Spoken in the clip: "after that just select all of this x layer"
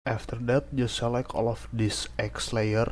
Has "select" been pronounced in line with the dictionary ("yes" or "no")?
no